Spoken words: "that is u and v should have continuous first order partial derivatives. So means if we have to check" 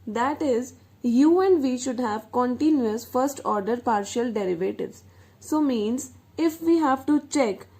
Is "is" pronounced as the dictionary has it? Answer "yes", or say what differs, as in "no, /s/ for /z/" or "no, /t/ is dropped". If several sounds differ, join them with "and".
yes